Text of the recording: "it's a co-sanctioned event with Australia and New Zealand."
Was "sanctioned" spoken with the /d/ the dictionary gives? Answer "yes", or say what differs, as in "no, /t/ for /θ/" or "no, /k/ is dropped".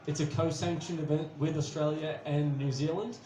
no, /d/ is dropped